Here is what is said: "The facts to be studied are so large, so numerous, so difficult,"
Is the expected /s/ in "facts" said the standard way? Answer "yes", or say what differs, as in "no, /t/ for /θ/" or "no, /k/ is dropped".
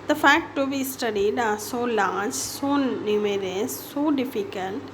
no, /s/ is dropped